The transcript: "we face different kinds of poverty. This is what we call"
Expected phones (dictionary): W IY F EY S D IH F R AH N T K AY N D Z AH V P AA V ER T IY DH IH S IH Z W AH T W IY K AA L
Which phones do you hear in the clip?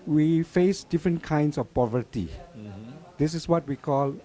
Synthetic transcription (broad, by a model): W IY F EY S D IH F R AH N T K AY N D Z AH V P AA V ER T IY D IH S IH S W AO T W IY K AA L